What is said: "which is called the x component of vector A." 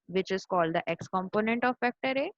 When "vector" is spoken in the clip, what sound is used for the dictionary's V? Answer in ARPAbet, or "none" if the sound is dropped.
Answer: F